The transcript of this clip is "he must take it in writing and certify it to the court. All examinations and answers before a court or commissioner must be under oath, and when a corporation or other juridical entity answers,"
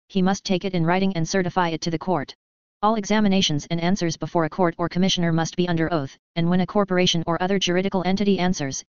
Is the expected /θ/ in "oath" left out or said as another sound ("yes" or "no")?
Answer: no